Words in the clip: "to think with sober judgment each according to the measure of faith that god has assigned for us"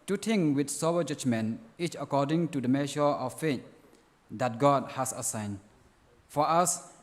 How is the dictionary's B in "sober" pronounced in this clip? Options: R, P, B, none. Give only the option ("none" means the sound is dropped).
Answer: none